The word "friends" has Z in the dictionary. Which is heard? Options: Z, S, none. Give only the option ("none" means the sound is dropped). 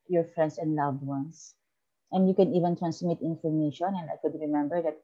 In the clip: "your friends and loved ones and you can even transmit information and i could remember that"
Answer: S